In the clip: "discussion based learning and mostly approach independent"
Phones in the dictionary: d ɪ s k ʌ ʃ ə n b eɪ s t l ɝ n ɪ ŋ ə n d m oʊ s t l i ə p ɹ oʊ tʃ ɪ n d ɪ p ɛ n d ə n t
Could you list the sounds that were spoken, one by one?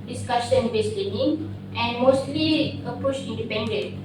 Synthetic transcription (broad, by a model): d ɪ s k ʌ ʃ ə n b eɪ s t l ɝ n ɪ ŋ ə n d m oʊ s t l i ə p u ʃ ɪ n d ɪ p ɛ n d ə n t